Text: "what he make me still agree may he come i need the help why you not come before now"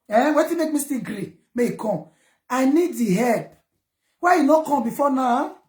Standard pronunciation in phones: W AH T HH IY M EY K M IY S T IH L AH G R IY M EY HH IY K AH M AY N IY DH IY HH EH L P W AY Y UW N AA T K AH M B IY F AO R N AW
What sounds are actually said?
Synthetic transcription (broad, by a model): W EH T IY M EY K M IY S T AH G R IY M EY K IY K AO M AY N IY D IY HH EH P W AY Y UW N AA K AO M B IY F AO N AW